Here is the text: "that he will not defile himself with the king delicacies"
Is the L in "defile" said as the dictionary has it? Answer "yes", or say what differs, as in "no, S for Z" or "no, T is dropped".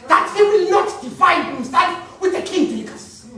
no, N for L